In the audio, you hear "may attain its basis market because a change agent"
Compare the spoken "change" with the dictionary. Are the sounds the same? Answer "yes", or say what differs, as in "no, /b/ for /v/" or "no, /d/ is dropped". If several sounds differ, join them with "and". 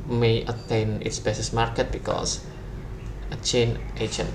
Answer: no, /dʒ/ is dropped